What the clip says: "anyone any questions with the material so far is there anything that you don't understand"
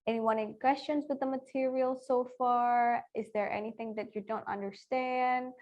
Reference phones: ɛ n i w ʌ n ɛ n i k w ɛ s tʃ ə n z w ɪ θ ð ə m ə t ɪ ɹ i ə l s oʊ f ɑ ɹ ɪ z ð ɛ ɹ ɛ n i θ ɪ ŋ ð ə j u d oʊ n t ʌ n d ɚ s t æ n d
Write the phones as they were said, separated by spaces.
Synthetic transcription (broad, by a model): ɛ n i w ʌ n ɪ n k w ɛ s tʃ ə n z w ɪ ð ə m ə t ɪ ɹ i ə l s oʊ f ɑ ɹ ɪ z ð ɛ ɹ ɛ n i θ ɪ ŋ ð ə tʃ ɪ d oʊ n t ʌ n d ɚ s t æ n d